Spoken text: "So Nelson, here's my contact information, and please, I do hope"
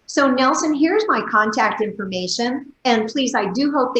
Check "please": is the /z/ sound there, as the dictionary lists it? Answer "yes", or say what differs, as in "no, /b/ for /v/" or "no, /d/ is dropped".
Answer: yes